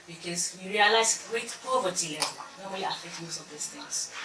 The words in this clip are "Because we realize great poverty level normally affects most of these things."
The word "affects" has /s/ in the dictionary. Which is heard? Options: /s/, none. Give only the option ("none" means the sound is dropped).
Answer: none